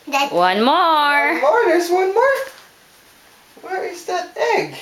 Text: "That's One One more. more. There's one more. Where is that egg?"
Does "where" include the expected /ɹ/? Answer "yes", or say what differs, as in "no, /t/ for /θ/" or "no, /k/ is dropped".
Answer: yes